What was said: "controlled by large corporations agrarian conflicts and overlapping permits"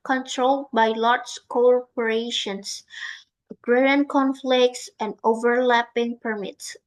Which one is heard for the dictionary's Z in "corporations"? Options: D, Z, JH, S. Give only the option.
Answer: S